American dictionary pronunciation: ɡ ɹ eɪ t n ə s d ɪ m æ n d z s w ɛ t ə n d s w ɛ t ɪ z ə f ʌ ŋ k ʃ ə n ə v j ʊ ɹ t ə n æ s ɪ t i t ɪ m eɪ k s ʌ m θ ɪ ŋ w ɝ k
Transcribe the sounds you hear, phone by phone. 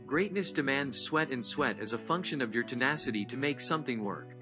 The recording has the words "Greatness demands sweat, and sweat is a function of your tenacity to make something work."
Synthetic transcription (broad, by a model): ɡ ɹ eɪ t n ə s d ɪ m æ n d z s w ɛ t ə n s w ɛ t ɪ z ə f ʌ ŋ k ʃ ə n ə v j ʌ ɹ t ə n æ s ɪ t i t ɪ m eɪ k s ʌ m θ ɪ ŋ w ɝ k